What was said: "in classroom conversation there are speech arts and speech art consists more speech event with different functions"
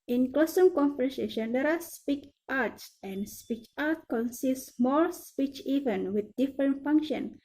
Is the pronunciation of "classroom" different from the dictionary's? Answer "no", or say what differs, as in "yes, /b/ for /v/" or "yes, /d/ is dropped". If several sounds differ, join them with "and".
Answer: yes, /ɹ/ is dropped